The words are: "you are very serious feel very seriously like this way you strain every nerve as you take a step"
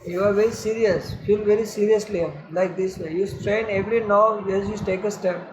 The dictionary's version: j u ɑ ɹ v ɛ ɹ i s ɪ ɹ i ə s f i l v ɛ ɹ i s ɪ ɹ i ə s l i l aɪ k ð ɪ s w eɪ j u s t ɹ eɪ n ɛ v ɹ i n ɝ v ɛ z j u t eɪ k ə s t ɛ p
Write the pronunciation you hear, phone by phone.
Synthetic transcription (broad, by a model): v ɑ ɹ v ɛ ɹ i s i ɹ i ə s f i l v ɛ ɹ i s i ɹ i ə s l i l aɪ k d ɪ s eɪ j u s t ɹ eɪ n ɛ v ɹ i n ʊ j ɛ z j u t eɪ k ə s t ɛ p